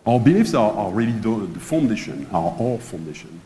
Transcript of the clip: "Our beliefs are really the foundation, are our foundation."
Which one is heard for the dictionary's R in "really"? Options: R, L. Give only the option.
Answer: L